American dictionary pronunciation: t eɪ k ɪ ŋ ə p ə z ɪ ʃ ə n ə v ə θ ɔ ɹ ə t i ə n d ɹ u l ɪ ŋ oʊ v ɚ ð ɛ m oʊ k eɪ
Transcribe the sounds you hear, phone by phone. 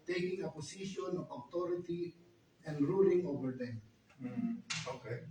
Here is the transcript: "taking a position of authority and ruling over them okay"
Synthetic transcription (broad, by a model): t eɪ k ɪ ŋ ə p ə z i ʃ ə n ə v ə t ɔ ɹ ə t i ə n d ɹ u l ɪ ŋ oʊ v ɚ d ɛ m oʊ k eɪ